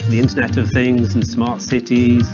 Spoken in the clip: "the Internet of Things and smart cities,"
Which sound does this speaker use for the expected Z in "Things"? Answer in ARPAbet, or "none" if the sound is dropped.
Z